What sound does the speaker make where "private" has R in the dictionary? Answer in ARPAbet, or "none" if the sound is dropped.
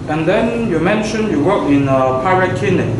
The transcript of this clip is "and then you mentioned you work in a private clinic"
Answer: none